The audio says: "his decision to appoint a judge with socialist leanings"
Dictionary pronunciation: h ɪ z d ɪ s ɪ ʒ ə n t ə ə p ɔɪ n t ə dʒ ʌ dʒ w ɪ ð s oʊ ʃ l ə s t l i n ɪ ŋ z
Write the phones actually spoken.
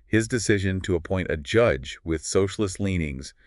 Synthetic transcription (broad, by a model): h ɪ z d ɪ s ɪ ʒ ə n t ə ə p ɔɪ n t ə dʒ ʌ dʒ w ɪ ð s oʊ ʃ l ə s t l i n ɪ ŋ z